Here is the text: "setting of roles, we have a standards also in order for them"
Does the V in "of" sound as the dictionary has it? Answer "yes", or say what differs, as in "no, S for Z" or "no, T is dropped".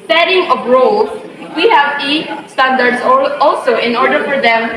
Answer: no, B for V